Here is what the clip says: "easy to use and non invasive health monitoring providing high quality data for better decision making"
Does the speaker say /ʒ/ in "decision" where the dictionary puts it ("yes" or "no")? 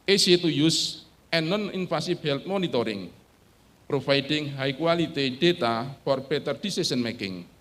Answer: no